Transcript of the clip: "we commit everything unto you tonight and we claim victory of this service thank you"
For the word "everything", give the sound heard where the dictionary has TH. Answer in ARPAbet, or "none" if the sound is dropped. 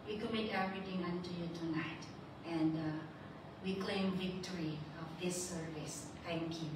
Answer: T